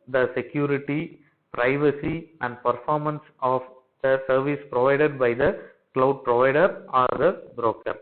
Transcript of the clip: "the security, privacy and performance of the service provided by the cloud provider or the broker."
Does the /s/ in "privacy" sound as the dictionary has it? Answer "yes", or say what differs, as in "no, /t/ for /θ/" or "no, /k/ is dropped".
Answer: yes